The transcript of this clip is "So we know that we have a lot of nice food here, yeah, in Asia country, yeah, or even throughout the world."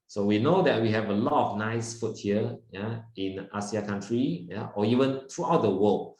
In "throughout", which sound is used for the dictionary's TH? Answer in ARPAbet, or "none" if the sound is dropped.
T